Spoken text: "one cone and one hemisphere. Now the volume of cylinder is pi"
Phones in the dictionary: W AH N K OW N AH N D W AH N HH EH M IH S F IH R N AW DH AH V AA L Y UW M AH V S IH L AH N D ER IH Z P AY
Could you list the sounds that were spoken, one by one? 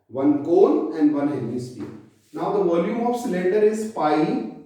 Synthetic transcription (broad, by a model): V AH N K OW L AH N D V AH N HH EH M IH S P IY N AW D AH V AA L Y UW M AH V S IH L AH N D ER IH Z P AY